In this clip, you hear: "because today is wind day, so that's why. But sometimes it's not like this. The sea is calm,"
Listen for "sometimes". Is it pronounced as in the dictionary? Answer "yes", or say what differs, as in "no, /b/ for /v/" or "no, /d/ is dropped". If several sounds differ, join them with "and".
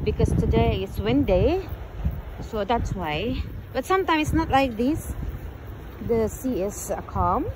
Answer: no, /z/ is dropped